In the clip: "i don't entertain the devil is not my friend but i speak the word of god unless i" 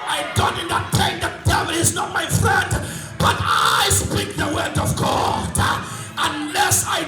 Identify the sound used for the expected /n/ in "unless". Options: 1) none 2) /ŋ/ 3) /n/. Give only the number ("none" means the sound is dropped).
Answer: 3